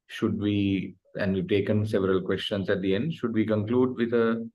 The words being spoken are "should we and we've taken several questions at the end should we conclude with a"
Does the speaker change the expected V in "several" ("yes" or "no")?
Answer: no